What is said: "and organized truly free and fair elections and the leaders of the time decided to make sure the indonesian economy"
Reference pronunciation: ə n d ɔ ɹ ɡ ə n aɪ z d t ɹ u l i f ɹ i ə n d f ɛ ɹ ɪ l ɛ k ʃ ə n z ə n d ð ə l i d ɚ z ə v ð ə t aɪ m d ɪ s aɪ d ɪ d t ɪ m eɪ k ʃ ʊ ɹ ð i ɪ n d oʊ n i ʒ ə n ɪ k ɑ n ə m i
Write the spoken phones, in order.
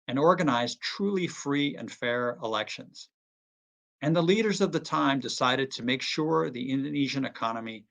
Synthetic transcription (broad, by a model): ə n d ɔ ɹ ɡ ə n aɪ z t ɹ u l i f ɹ i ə n f ɛ ɹ ɪ l ɛ k ʃ ə n z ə n ð ə l i d ɚ z ə v ð ə t aɪ m d ɪ s aɪ d ɪ d t ɪ m eɪ k ʃ ʊ ɹ ð i ɪ n d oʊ n i ʒ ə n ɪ k ɑ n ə m i